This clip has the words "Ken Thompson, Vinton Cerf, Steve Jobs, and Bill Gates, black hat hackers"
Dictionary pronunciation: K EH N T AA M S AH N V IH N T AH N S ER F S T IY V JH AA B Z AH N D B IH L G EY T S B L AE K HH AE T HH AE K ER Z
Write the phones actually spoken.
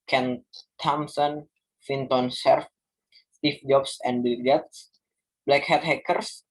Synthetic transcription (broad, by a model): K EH N T AA M S AH N F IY N T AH N S ER F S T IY F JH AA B S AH N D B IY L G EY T S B L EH K HH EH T HH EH K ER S